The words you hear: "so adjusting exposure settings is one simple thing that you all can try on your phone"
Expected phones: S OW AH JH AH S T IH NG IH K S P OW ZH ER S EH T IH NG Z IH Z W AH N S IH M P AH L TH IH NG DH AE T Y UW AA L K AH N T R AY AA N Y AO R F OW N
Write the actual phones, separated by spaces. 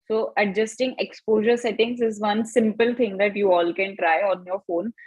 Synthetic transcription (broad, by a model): S OW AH JH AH S T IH NG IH K S P OW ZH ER S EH T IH NG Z IH Z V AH N S IH M P AH L T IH NG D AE T Y UW AA L K AH N T R AY AA N Y AO R F OW N